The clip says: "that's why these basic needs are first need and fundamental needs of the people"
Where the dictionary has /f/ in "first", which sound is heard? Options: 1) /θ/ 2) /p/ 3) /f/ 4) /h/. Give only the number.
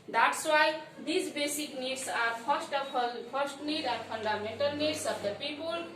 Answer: 2